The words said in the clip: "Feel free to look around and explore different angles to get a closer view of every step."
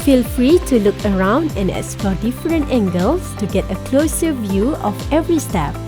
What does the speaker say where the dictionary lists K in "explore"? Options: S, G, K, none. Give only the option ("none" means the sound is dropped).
none